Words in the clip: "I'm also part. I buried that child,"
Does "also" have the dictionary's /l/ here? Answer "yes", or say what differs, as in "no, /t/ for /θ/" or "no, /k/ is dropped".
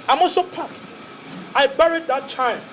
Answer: no, /l/ is dropped